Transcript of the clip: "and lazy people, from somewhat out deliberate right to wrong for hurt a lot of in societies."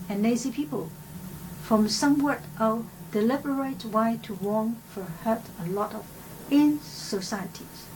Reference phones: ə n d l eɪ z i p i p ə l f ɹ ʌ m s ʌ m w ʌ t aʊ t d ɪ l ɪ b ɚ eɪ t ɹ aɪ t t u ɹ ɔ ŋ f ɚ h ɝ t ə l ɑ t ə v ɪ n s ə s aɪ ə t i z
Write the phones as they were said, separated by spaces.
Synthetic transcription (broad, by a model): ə n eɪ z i p i p ə l f ɹ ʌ m s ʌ m w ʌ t t d ɪ l ɪ b ɚ eɪ t w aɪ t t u w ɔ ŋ f ɚ h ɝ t ə l ɑ t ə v ɪ n s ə s aɪ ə t i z